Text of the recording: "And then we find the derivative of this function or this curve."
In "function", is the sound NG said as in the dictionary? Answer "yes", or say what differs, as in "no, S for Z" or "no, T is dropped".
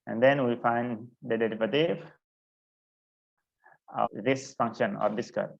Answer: yes